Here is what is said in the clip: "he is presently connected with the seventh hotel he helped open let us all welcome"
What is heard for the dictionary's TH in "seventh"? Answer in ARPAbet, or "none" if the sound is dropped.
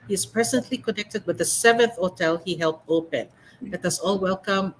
TH